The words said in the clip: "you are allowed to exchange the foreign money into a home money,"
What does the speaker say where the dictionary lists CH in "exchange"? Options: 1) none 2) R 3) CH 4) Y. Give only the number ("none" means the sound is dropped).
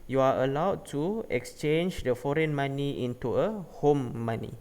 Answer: 3